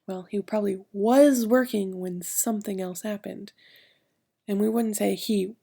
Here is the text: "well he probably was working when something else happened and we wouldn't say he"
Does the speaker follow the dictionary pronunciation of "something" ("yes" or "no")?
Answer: yes